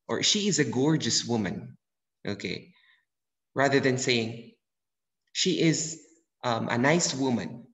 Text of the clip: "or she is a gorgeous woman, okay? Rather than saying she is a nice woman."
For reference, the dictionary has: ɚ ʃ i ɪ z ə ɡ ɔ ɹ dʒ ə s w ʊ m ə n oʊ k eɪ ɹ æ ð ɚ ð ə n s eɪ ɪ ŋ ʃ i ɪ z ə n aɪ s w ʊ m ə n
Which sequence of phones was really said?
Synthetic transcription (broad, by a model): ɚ ʃ i ɪ z ə ɡ ɔ ɹ dʒ ə s w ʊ m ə n oʊ k eɪ ɹ æ ð ɚ ð ə n s eɪ ɪ ŋ ʃ i ɪ z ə n aɪ s w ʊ m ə n